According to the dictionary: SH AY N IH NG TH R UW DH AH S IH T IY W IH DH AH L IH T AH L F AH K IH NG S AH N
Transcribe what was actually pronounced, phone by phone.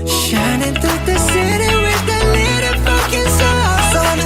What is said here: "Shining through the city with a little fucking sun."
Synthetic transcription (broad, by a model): SH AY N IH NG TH UW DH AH S IH T IY W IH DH AH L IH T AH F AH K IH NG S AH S